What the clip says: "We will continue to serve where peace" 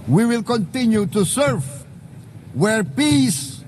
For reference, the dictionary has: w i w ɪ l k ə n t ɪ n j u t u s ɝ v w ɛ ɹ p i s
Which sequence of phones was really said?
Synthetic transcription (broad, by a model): w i w ɪ l k ə n t ɪ n j u t u s ɝ v w ɛ ɹ p i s